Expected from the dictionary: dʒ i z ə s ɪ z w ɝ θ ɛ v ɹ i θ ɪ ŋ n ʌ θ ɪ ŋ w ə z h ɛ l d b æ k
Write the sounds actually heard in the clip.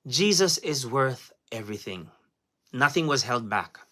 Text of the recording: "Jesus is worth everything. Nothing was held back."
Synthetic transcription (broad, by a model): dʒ i z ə s ɪ z w ɝ θ ɛ v ɹ i θ ɪ ŋ n ʌ θ ɪ ŋ w ə z h ɛ l d b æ k